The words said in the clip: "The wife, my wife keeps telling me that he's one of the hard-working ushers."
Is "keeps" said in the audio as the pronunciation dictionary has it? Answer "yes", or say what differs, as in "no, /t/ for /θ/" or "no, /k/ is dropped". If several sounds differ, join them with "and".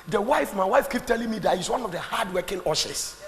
no, /s/ is dropped